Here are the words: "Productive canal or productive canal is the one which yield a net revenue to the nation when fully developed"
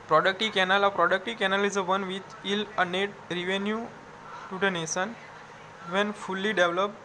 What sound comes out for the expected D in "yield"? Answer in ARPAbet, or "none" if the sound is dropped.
none